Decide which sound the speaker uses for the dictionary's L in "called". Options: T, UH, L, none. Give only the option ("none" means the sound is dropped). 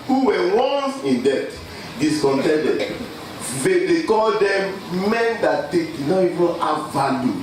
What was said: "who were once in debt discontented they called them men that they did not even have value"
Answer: L